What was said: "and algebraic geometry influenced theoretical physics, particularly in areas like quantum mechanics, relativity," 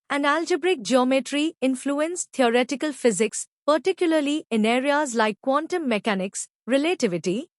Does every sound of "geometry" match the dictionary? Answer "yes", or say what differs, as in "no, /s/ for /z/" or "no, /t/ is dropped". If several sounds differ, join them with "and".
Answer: yes